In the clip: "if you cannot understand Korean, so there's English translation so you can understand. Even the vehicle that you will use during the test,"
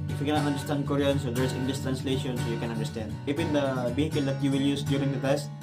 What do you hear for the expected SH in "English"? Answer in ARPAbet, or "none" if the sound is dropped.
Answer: S